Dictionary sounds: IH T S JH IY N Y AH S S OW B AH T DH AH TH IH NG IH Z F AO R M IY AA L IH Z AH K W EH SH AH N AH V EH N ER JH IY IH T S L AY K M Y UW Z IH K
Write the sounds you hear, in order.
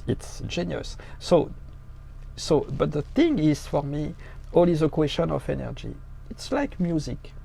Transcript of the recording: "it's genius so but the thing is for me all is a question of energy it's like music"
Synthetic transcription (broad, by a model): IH T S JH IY N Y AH S S OW B AH T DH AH TH IH NG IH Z F AO R M IY AA L IH Z AH K W EH SH AH N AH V EH N ER JH IY IH T S L AY K M Y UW Z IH K